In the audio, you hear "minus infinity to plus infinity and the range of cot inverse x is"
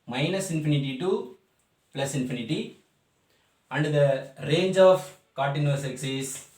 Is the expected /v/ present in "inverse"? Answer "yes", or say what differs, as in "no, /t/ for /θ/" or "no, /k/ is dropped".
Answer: no, /v/ is dropped